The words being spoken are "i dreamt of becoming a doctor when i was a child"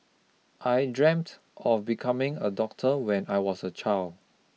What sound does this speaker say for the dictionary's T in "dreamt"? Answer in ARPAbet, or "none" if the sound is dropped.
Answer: T